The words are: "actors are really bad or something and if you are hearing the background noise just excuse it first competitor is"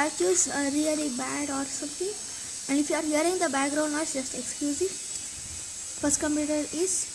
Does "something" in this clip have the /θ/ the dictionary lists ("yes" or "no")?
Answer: no